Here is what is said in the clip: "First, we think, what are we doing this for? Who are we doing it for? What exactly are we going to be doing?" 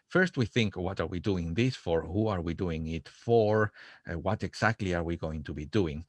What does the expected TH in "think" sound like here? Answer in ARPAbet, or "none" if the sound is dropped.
TH